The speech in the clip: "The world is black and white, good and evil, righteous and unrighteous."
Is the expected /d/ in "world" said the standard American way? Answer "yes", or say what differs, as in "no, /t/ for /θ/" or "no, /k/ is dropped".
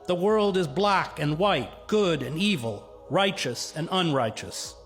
yes